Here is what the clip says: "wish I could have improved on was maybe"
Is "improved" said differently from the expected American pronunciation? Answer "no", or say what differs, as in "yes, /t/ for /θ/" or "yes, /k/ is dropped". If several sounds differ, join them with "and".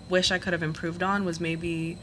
no